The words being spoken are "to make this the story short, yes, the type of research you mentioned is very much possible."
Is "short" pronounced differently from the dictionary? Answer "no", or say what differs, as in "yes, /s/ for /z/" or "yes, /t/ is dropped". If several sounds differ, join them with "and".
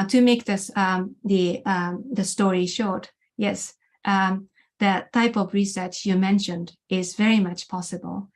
no